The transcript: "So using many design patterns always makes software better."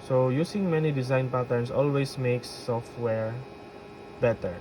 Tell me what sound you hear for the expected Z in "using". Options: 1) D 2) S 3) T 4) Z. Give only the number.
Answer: 2